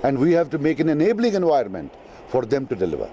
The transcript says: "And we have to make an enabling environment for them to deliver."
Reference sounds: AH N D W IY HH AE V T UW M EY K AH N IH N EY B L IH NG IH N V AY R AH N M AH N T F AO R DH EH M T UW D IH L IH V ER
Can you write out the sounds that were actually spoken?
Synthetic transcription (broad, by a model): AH N D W IY HH AE V T UW M EY K AH N IH N EY B L IH NG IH N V AY AH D M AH N T F AO R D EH M T UW D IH L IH V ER